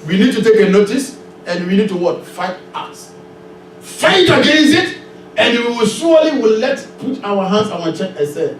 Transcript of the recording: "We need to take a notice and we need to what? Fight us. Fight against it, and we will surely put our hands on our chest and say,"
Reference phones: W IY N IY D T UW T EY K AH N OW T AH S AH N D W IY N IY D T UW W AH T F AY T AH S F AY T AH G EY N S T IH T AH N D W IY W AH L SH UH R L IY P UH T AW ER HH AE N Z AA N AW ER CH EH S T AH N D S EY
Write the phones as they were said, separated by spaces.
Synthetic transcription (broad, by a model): W IY N IY D T UW T EY K AH N OW T AH S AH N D W IY N IY D T UW W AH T F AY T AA S F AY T AH G EY N S T IH T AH N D W IY W AH L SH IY W L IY P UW T AW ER HH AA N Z AA N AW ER CH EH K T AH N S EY